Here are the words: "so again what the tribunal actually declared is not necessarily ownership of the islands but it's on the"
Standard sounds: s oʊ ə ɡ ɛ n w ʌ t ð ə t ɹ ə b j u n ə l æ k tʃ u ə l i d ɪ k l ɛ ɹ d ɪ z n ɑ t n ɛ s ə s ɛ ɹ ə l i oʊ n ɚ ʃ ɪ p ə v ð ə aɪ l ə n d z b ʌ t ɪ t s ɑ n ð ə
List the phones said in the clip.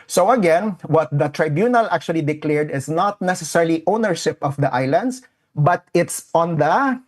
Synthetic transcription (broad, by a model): s oʊ ə ɡ ɛ n w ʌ t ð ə t ɹ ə b j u n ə l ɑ k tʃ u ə l i d ɪ k l ɛ ɹ d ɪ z n ɑ t n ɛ s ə s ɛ ɹ l i oʊ n ɚ ʃ ɪ p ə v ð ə aɪ l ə n d s b ʌ t ɪ t s ɑ n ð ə